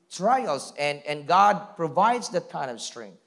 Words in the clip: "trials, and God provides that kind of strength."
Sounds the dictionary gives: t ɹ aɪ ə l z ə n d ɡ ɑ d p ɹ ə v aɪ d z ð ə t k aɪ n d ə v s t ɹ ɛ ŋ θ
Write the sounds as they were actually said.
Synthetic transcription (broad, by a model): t ɹ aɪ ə l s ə n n ɡ ɑ d p ɹ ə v aɪ d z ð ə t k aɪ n ə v s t ɹ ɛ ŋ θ